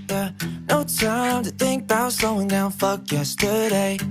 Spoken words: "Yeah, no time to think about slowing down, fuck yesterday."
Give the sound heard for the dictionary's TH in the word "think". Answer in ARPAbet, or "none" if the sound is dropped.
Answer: TH